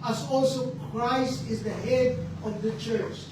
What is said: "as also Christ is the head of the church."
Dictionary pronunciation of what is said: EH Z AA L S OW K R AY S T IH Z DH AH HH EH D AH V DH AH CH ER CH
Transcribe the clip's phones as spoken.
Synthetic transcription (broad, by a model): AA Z AA L S OW K R AY S T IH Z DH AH HH EH D AH V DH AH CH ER CH